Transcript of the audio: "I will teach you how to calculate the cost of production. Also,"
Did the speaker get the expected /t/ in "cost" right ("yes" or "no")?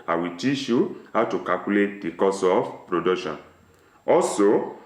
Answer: no